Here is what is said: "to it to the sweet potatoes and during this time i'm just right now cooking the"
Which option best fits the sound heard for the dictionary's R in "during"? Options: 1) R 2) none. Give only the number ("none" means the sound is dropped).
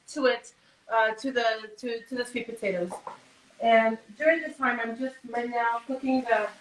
1